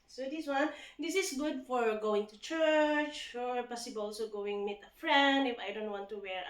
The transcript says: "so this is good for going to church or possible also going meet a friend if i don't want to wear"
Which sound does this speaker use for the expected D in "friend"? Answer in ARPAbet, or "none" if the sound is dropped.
D